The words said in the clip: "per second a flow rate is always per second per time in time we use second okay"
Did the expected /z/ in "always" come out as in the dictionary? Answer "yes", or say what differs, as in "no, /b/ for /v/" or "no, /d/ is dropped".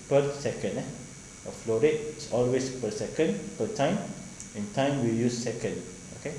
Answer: no, /s/ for /z/